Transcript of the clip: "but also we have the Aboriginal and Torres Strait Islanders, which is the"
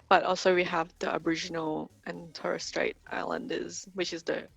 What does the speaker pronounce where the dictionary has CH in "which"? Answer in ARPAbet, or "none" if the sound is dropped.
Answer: CH